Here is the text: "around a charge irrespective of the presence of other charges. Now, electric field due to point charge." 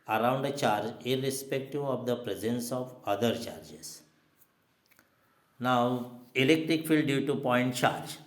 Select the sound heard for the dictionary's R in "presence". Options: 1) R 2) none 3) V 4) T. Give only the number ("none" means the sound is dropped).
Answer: 1